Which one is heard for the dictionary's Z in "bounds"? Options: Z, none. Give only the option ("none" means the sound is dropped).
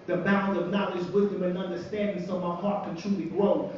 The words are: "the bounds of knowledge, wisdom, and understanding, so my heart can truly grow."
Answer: none